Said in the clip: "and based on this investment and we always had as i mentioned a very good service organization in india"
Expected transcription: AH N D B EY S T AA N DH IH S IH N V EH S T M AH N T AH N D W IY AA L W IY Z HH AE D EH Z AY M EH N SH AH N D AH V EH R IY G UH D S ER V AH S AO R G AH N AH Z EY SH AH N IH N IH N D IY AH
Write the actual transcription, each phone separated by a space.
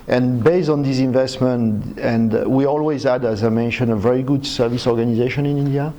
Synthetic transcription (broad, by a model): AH N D B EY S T AA N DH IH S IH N V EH S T M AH N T AH N D W IY AA L W IY Z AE D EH Z AY M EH N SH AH N AH V EH R IY G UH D S ER V AH S AO R G AH N AH Z EY SH AH N IH N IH N D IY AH